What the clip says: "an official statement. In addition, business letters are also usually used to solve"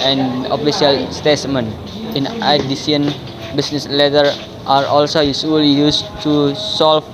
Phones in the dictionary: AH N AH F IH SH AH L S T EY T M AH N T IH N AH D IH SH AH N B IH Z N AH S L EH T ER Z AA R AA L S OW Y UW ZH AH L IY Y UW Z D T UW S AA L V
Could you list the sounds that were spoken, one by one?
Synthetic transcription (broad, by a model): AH N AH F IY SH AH L S T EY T M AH N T IH N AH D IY S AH N B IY S N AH S L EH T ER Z AA R AA L S OW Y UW S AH L IY Y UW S T UW S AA L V